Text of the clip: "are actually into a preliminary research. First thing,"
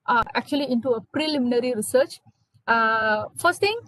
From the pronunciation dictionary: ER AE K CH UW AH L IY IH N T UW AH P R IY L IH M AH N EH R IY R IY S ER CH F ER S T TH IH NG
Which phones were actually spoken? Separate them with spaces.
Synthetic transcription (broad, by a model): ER AE K CH UW AH L IY IH N T UW AH P R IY L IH M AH N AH R IY R IY S ER CH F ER S T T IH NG